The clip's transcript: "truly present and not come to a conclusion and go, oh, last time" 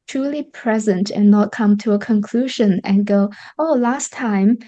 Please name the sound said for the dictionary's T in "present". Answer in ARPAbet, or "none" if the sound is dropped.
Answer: T